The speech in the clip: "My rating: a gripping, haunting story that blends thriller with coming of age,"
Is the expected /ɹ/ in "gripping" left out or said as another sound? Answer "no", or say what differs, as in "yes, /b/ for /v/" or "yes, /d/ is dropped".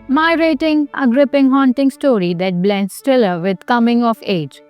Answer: no